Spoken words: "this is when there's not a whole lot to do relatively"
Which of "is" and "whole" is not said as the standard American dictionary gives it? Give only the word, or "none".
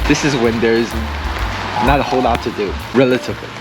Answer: none